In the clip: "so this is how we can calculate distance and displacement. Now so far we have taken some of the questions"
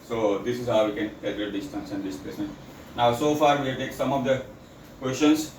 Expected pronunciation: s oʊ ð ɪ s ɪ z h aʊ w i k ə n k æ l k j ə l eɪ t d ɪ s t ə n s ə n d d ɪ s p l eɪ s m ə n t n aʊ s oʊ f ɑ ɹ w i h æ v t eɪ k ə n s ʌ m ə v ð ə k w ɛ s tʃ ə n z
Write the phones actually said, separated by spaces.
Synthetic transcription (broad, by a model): s oʊ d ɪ s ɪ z h aʊ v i k ə n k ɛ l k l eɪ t d ɪ s t ə n s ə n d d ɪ s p eɪ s ə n n aʊ s oʊ f ɑ ɹ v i t eɪ k s ʌ m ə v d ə k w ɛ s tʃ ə n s